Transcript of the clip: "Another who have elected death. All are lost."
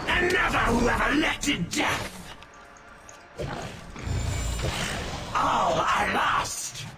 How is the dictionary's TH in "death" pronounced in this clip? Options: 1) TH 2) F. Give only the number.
1